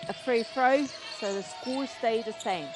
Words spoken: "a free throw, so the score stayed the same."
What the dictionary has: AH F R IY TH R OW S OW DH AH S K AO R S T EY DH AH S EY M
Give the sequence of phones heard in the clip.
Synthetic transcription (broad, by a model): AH F R IY F R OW S OW DH AH S K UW L S T EY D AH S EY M